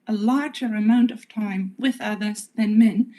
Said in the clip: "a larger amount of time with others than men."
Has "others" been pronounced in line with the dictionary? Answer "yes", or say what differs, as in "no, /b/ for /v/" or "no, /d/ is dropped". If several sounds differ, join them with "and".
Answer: yes